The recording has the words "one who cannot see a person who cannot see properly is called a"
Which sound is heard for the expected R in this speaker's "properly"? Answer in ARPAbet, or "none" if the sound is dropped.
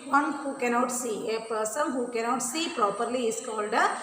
R